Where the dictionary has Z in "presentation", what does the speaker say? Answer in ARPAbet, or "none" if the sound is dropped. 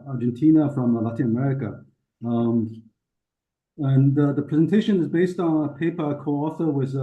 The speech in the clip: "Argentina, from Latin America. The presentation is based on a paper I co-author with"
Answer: Z